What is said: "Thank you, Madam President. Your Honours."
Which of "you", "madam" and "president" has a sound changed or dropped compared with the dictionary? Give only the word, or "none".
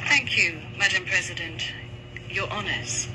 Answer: none